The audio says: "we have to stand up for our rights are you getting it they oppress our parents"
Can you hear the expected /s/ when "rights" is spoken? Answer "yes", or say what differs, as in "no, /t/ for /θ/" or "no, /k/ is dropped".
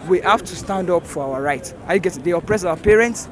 no, /s/ is dropped